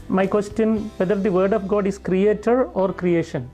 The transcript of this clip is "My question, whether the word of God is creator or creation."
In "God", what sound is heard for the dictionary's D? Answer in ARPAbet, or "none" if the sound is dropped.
D